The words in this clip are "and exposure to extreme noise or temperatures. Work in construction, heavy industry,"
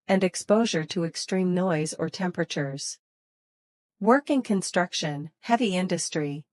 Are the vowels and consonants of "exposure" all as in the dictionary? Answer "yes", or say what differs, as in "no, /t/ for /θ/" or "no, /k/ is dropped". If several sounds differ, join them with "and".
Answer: yes